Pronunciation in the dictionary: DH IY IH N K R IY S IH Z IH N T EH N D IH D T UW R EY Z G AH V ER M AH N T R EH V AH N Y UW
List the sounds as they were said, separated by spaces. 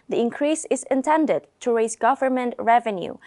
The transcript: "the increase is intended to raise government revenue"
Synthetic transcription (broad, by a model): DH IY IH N K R IY S IH Z IH N T EH N D IH D T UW R EY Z G AH V ER M AH N T R EH V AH N Y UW